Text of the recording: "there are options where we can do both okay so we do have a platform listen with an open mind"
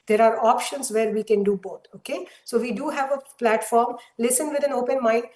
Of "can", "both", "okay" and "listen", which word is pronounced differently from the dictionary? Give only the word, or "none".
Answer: both